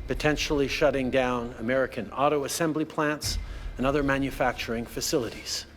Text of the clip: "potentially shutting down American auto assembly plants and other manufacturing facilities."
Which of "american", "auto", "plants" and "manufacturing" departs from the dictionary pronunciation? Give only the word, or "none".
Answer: none